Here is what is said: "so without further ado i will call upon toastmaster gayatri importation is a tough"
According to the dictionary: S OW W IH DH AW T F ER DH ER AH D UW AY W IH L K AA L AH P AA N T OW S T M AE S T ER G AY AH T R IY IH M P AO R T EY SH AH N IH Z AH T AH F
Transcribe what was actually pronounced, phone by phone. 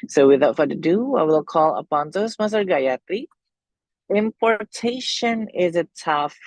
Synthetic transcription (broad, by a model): S OW W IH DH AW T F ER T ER AH D UW AY W IH L K AA L AH P AA N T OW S M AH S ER G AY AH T IY IH M P AO R T EY SH AH N IH Z AH T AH F